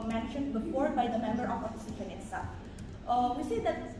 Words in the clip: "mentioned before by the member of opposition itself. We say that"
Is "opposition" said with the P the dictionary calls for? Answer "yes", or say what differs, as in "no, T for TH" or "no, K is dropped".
no, F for P